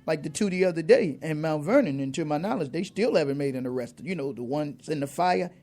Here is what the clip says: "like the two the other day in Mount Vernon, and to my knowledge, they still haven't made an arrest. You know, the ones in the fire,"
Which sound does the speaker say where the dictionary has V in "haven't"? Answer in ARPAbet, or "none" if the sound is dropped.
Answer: V